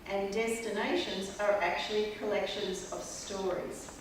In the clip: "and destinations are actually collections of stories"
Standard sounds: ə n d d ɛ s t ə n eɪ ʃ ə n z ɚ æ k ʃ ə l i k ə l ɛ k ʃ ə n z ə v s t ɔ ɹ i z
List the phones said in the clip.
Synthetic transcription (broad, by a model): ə n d d ɛ s t ə n eɪ ʃ ə n z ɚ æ k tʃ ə l i k ə l ɛ k ʃ ə n z ə v s t ɔ ɹ i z